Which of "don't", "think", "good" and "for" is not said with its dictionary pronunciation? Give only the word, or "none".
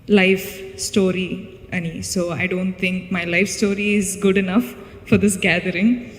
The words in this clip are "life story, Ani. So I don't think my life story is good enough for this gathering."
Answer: think